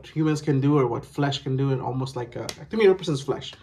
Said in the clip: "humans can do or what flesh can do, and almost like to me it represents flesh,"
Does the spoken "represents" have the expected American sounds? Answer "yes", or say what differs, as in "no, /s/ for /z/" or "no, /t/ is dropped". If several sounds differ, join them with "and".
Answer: no, /s/ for /z/